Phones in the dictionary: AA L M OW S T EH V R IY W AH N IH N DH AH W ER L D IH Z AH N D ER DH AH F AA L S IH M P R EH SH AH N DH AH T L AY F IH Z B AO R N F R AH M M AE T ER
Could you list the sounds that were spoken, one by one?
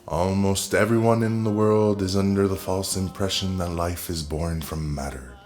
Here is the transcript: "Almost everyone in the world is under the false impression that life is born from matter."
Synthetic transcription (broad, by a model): AA L M OW S T EH V R IY W AH N IH N DH AH W ER L D IH Z AH N D ER DH AH F AA L S IH M P R EH SH AH N DH AH T L AY F IH Z B AO R N F R AH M M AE T ER